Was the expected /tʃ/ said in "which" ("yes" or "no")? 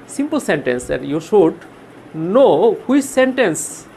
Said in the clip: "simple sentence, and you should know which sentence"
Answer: no